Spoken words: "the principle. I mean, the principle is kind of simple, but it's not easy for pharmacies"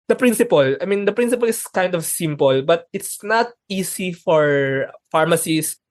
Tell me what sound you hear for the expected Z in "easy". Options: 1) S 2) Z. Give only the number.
1